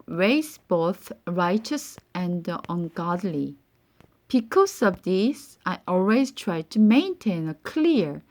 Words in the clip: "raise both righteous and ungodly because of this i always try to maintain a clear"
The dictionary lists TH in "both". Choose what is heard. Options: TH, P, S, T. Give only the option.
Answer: TH